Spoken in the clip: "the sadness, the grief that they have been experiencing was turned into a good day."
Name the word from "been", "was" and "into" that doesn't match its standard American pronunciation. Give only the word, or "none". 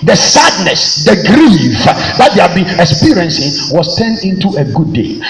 was